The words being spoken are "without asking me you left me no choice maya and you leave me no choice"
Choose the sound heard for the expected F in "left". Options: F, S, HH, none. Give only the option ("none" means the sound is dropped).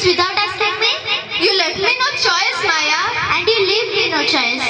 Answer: none